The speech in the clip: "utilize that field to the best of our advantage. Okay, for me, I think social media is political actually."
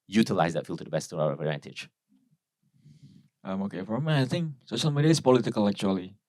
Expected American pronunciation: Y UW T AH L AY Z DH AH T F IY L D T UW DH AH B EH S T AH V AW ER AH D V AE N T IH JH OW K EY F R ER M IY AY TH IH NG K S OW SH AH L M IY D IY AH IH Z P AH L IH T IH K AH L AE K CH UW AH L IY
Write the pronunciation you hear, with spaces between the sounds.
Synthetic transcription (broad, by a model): Y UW T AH L AY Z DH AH T F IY L T UW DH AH B EH S T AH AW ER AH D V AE N T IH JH OW K EY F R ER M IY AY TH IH NG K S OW S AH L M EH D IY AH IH S P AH L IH T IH K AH L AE K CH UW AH L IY